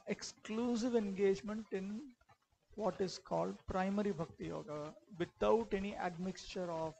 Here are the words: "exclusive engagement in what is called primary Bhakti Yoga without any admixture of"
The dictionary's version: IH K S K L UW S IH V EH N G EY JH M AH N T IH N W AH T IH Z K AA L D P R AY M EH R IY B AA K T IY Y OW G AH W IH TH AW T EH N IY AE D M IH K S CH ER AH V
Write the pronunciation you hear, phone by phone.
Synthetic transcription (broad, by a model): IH K S K L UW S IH V EH N G EY JH M AH N T IH N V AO T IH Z K AA L D P R AY M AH R IY B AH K T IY Y OW G AH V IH T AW T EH N IY AE D M IH K S CH ER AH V